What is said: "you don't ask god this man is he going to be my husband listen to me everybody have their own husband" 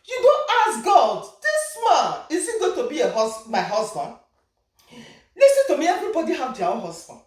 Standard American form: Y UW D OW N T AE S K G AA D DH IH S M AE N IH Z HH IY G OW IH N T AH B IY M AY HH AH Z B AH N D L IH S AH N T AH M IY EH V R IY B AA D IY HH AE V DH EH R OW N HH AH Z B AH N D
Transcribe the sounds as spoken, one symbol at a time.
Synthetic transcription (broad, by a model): Y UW D OW N T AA S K G AA D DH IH S M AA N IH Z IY G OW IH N T AH B IY M AY HH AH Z B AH N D L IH S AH N T AH M IY EH V R IY B AA D IY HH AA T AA W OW HH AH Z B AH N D